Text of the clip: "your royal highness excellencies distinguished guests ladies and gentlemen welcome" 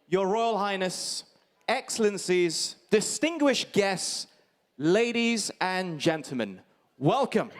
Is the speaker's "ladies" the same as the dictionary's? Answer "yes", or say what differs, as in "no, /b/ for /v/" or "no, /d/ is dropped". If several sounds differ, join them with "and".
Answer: yes